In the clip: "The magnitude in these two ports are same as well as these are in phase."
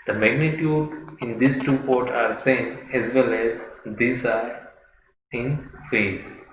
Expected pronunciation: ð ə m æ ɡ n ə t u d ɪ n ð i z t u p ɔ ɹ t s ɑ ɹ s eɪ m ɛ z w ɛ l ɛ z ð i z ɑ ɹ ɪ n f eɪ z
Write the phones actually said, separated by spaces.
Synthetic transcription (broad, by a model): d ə m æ ɡ n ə t u d ɪ n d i s t u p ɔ ɹ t ɑ ɹ s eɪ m ɛ z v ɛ l ɛ z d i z ɑ ɹ ɪ n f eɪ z